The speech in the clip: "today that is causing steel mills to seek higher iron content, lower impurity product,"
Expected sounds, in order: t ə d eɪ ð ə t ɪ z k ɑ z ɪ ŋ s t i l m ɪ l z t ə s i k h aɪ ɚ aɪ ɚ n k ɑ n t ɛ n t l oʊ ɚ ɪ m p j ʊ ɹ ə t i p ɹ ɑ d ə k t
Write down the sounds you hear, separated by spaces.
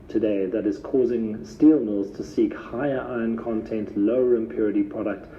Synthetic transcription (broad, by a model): t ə d eɪ ð ə t ɪ z k ɑ z ɪ ŋ s t i l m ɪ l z t ə s i k h aɪ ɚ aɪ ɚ n k ɑ n t ɛ n t l oʊ ɚ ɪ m p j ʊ ɹ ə t i p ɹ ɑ d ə k t